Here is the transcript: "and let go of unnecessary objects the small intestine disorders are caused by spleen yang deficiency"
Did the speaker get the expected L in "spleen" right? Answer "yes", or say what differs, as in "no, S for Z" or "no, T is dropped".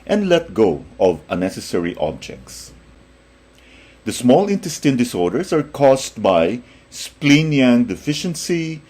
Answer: yes